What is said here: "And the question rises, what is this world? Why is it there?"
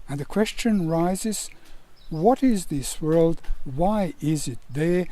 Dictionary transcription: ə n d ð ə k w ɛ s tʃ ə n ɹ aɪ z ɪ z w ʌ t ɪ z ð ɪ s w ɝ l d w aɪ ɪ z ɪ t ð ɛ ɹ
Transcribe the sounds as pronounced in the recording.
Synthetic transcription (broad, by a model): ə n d ð ə k w ɛ s tʃ ə n ɹ aɪ z ɪ z w ʌ t ɪ z ð ɪ s w ɝ l d w aɪ ɪ z ɪ t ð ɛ ɹ